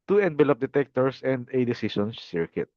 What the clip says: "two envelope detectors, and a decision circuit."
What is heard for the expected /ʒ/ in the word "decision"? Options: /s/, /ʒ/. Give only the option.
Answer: /s/